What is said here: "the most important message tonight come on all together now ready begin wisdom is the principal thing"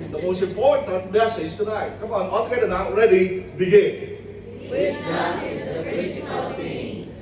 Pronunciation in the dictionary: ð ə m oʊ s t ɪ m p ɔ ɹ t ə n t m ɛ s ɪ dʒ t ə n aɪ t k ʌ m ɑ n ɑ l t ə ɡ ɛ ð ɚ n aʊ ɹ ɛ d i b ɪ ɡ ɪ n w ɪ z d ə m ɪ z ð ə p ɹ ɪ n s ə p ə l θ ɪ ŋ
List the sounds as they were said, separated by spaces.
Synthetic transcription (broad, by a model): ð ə m oʊ s t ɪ m p ɔ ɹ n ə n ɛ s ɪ z t ə n aɪ t k ʌ m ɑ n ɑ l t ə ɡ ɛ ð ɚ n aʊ ɹ ɛ d i b ɪ ɡ ɪ n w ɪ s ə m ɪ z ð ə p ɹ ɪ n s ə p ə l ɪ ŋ